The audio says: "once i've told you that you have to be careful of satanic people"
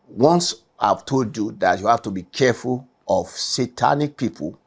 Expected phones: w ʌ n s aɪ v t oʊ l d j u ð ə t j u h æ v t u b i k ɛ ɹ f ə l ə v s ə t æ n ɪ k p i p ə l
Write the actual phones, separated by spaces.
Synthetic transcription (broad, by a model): w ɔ n s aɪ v t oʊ d j u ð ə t j u h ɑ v t u b i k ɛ f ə l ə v s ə t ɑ n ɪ k p i p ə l